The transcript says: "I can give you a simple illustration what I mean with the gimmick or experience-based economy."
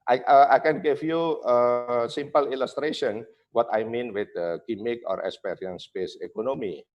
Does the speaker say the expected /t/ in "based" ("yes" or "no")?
no